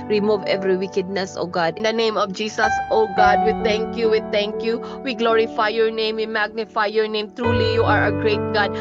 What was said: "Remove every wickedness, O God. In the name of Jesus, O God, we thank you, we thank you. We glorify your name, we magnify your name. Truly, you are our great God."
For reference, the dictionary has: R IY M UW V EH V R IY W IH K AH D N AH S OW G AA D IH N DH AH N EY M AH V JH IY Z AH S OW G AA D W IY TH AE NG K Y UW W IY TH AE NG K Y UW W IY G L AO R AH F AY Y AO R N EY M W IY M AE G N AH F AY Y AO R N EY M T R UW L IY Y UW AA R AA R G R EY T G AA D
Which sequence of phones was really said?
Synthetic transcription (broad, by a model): R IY M UW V EH V R IY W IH K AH D N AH S OW G AA D IH N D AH N EY M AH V JH IY S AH S OW G AA D W IY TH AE NG K Y UW W IY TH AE NG K Y UW W IY G L AO R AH F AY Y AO R N EY M W IY M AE G N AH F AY Y AO R N EY M T R UW L IY Y UW AA R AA G R EY T G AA D